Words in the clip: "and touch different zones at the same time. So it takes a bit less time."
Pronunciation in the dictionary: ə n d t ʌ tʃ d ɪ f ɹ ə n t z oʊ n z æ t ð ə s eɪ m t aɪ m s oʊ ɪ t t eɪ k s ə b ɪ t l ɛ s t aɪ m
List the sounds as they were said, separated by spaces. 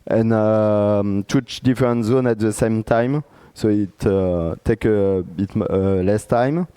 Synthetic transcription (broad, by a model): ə n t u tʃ d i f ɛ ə n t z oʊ n æ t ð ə s eɪ m t aɪ m s oʊ ɪ t t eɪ k ə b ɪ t l ɛ s t aɪ m